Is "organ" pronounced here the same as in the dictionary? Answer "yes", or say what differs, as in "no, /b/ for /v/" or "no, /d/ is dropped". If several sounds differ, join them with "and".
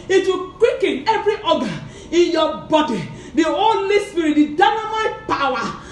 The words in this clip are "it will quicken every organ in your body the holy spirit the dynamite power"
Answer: no, /n/ is dropped